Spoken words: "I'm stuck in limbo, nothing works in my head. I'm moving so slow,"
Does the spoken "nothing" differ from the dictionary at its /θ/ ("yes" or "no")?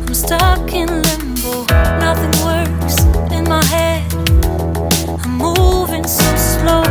no